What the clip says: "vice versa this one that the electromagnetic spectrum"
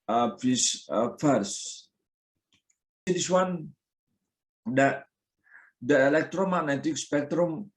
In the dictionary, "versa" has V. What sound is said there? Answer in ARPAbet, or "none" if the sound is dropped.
F